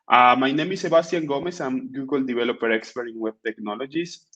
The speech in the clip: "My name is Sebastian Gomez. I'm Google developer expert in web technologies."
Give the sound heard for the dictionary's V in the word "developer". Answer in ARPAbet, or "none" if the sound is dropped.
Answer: B